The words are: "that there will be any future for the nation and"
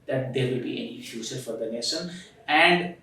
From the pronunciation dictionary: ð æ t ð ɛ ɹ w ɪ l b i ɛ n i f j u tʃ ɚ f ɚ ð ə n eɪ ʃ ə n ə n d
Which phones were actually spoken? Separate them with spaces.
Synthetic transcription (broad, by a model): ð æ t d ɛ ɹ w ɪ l b i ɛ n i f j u s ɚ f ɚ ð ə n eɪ s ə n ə n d